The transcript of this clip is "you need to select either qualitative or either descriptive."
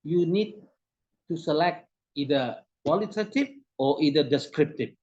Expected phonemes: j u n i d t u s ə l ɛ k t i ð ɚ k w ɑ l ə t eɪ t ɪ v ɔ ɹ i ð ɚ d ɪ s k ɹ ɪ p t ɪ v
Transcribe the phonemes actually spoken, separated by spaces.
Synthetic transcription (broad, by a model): j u n i d t u s ə l ɛ k t i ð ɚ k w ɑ l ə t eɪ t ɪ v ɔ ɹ i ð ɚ d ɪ s k ɹ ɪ p t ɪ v